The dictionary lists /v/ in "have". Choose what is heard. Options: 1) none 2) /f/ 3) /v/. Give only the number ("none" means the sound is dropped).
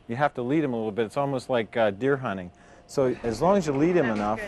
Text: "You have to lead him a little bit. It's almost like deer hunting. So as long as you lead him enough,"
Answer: 2